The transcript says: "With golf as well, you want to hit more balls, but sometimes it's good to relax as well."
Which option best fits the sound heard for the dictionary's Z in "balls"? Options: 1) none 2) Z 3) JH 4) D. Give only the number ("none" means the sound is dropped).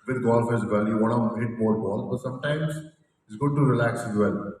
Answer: 1